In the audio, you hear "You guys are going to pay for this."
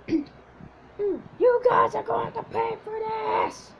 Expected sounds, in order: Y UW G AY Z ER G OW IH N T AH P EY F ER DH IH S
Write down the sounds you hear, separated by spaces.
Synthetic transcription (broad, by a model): Y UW G AY Z ER G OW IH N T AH P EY F ER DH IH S